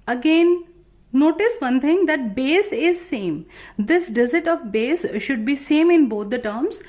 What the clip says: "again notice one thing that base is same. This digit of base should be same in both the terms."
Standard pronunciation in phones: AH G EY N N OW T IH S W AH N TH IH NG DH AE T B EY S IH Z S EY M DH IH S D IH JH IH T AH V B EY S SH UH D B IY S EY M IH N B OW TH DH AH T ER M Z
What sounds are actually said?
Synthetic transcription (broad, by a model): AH G EY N N OW T IH S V AH N T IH NG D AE T B EY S IH Z S EY M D IH S D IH Z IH T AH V B EY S SH UH D B IY S EY M IH N B OW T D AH T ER M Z